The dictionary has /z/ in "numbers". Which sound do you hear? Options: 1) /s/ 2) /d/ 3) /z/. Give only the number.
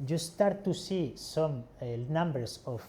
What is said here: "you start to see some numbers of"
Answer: 1